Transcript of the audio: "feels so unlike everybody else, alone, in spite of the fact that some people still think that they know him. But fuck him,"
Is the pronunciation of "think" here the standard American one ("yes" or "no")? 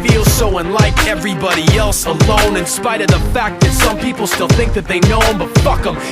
yes